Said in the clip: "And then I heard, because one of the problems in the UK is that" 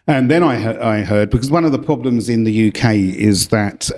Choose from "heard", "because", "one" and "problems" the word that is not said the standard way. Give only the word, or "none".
none